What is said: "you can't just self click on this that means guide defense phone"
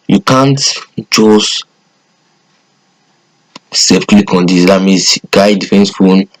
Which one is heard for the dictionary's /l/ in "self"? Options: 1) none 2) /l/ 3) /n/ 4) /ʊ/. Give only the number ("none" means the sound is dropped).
1